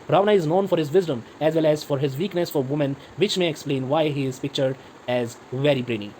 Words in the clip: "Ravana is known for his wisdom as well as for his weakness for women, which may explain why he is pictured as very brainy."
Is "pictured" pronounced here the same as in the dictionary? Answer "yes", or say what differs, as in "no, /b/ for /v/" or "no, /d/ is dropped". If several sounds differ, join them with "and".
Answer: yes